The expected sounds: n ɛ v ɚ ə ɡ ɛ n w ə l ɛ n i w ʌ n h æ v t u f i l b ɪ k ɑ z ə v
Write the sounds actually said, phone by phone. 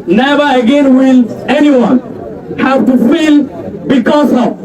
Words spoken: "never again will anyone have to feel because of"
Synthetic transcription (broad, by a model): n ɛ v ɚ ə ɡ ɛ n w ə l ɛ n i w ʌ n h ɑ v t u f i l b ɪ k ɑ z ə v